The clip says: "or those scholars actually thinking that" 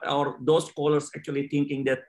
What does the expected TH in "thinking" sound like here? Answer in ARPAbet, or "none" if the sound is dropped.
T